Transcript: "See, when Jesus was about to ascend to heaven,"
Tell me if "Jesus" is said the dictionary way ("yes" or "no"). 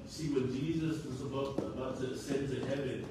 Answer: yes